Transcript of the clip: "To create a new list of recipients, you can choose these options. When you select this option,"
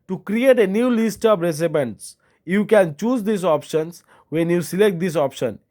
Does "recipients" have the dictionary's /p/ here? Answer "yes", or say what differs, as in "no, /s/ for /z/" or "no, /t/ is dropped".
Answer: no, /b/ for /p/